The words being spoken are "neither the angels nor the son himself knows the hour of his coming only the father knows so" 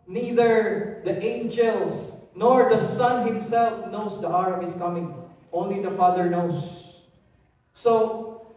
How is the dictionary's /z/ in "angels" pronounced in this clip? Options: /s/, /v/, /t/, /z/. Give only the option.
/s/